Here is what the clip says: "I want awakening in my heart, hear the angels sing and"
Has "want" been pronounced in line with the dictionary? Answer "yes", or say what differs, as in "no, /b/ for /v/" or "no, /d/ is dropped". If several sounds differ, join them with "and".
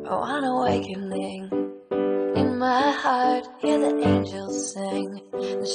no, /t/ is dropped